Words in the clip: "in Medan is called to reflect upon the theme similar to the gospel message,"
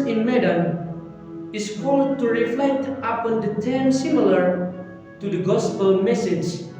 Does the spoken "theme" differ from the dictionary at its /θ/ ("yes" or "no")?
yes